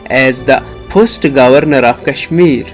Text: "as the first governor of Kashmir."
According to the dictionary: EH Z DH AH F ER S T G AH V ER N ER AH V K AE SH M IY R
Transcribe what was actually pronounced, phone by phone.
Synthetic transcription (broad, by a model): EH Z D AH P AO S T G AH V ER N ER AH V K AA SH M IY R